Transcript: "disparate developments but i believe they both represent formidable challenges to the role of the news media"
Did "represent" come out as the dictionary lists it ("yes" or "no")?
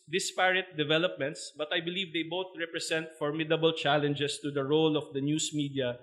no